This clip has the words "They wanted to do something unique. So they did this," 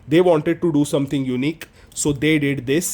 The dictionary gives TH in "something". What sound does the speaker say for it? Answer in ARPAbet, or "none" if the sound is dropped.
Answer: T